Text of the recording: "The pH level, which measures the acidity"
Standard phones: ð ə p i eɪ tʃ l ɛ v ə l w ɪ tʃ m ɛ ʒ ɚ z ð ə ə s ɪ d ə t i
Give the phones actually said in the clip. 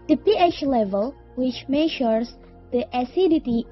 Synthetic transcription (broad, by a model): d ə p i eɪ tʃ l ɛ v ə l w ɪ tʃ m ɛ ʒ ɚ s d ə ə s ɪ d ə t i